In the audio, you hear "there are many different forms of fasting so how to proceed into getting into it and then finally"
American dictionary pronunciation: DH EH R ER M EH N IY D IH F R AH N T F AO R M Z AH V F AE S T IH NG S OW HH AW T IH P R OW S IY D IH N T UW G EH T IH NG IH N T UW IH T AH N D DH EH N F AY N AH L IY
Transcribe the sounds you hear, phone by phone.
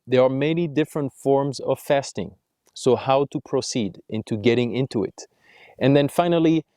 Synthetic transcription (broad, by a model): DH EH R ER M EH N IY D IH F R AH N T F AO R M Z AH V F AE S T IH NG S OW HH AW T IH P R OW S IY D IH N T UW G EH T IH NG IH N T UW IH T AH N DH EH N F AY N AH L IY